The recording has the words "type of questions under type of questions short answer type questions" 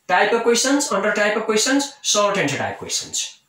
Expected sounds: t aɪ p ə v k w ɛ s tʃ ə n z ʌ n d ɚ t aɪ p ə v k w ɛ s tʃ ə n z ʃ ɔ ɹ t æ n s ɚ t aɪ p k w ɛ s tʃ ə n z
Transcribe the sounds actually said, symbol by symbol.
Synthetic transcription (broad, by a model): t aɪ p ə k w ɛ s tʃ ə n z ʌ n d ɚ t aɪ p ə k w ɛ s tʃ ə n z s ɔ l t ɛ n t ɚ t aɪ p k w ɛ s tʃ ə n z